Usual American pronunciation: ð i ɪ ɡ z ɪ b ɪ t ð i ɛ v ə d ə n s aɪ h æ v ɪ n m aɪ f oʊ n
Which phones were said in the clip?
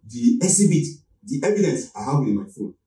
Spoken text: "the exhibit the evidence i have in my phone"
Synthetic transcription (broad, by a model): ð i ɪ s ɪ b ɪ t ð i ɛ v ə d ə n s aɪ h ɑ w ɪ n m aɪ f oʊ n